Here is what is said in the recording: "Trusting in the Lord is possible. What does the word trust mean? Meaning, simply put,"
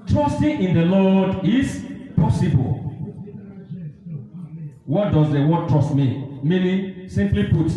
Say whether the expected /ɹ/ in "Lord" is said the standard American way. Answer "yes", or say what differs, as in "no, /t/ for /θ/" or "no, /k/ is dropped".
no, /l/ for /ɹ/